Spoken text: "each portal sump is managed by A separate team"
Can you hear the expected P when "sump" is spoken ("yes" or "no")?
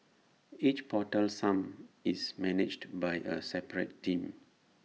no